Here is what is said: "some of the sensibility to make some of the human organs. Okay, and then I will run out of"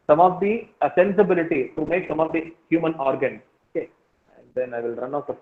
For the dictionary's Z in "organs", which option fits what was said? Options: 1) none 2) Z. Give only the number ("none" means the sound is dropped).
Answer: 1